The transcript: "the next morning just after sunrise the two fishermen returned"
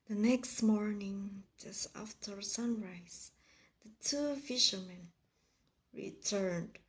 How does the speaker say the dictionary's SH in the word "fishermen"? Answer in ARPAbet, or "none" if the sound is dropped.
SH